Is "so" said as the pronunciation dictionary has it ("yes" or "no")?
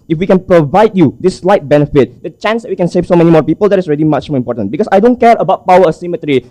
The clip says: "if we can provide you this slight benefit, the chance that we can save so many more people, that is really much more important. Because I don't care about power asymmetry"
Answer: yes